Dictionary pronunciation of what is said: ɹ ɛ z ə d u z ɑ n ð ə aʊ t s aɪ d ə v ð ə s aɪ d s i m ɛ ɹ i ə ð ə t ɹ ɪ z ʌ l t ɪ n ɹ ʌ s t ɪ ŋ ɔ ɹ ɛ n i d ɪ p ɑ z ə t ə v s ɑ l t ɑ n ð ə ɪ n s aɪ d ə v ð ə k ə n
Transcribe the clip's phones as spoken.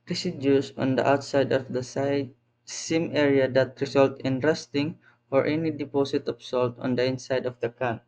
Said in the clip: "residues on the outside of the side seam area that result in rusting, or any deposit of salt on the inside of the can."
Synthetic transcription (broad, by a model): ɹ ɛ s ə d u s ɑ n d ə aʊ t s aɪ d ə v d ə s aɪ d s i m ɛ ɹ i ə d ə t ɹ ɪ s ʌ l t ɪ n ɹ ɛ s t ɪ ŋ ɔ ɹ ɛ n i d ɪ p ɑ s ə t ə p s ɑ l t ɑ n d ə ɪ n s aɪ d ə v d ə k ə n